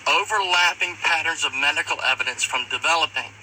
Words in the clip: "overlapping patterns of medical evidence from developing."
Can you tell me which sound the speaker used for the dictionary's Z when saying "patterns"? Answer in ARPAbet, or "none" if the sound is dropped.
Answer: Z